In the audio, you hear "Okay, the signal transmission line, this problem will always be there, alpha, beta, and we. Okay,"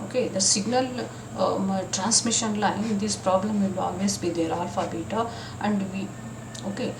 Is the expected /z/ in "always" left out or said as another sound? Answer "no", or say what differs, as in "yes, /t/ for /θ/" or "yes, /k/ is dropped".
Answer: yes, /s/ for /z/